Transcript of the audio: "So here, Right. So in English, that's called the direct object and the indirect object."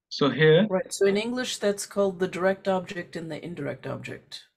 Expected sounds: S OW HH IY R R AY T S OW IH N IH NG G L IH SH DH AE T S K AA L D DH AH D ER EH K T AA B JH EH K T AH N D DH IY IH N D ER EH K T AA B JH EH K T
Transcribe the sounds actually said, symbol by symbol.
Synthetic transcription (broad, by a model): S OW HH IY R R AY T S OW IH N IH NG G L IH SH DH AE T S K AA L D DH AH D ER EH K T AA B JH EH K T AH N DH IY IH N D ER EH K T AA B JH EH K T